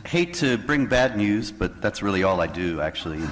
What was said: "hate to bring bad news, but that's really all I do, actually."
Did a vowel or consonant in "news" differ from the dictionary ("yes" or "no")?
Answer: no